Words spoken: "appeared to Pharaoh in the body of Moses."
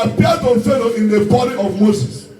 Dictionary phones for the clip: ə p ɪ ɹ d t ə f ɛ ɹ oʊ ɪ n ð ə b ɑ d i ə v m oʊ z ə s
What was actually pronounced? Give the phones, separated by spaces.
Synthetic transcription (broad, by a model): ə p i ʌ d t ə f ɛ l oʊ ɪ n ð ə b ɑ d i ə v m oʊ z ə s